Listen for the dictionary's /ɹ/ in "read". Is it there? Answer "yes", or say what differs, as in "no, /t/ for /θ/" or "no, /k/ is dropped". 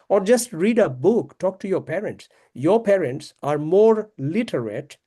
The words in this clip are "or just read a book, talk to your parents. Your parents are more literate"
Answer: yes